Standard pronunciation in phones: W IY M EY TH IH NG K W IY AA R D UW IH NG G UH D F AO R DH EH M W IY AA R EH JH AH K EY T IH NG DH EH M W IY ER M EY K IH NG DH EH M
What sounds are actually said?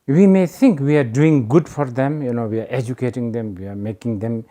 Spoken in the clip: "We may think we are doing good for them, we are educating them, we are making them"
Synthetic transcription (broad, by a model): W IY M EY T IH NG K W IY AA R D UW IH NG G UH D F AO R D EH M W IY AA R EH JH AH K EY T IH NG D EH M W IY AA M EY K IH NG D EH M